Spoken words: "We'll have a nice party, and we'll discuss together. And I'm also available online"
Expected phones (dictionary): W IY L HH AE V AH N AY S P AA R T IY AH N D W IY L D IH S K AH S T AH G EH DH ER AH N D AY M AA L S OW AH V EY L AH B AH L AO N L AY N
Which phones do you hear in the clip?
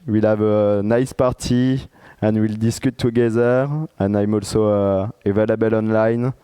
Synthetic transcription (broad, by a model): W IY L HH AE V AH N AY S P AA R T IY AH N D W IY L D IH S K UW T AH G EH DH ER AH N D AY M AA L S OW AH V EY L AH B AH L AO N L AY N